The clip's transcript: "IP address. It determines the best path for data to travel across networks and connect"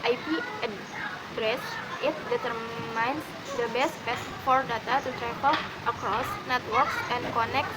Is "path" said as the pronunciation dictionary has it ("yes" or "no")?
no